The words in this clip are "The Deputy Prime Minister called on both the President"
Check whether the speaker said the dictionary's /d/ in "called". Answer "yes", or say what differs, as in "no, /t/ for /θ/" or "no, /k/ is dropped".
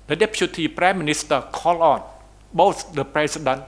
no, /d/ is dropped